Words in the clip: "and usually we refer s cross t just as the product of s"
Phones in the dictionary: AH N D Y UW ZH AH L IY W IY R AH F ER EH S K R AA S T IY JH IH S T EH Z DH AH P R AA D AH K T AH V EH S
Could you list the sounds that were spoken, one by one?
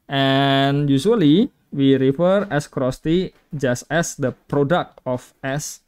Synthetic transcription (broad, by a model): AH N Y UW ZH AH L IY W IY R AH F ER EH S K R AA S T IY JH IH S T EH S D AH P R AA D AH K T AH F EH S